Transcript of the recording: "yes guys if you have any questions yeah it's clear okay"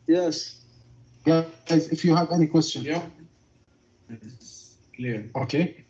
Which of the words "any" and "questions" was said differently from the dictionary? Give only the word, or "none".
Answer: questions